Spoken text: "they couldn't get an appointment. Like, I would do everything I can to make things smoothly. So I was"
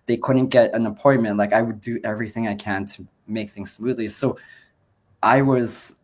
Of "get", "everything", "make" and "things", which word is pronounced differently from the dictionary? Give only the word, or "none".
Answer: none